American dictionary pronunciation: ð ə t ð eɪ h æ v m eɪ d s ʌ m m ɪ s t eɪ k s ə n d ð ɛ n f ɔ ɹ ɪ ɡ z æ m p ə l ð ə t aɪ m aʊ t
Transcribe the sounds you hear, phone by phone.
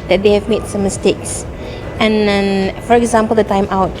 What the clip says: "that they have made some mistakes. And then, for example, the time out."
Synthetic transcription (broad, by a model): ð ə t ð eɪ h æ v m eɪ d s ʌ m m ɪ s t eɪ k s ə n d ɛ n f ɔ ɹ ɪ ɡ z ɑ m p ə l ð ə t aɪ m aʊ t